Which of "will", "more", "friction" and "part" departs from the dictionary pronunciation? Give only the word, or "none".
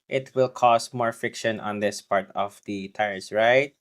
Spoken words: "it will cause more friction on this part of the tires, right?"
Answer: friction